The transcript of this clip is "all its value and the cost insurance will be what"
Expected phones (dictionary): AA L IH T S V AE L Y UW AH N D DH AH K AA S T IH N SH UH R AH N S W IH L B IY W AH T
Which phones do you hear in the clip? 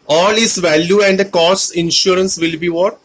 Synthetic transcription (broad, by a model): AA L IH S V AE L Y UW AH N D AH K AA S IH N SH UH R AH N S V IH L B IY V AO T